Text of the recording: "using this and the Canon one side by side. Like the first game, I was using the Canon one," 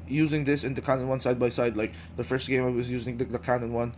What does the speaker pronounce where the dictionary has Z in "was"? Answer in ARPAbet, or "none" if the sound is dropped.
Z